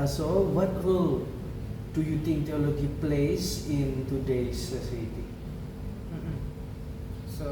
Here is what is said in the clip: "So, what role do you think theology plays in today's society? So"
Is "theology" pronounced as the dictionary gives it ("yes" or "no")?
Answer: no